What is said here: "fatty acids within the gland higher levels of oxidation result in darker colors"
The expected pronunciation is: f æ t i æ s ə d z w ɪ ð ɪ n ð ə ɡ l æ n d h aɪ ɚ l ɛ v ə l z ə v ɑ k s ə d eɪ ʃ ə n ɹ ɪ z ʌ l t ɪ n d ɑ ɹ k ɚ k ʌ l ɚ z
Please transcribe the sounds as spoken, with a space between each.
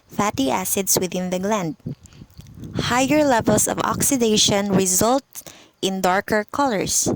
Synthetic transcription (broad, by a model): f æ t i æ s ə d s w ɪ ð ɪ n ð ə ɡ l æ n d h aɪ ɚ l ɛ v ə l s ə v ɑ k s ə d eɪ ʃ ə n ɹ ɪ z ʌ l t ɪ n d ɑ ɹ k ɚ k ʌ l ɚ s